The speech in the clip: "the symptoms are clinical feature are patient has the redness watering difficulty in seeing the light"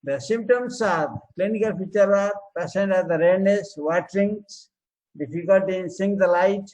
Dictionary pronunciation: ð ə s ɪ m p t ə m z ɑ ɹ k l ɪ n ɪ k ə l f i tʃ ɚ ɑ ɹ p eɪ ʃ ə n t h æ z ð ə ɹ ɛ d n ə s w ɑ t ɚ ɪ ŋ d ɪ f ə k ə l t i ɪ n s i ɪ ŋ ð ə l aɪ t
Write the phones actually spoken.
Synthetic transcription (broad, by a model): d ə s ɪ m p t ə m s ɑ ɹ k l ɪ n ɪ k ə l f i tʃ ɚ ɑ ɹ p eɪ s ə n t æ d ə ɹ ɛ d n ə s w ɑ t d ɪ ŋ d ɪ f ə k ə l t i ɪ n s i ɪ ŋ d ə l aɪ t